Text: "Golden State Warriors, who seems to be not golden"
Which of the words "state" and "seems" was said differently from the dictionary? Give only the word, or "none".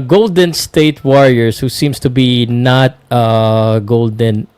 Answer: seems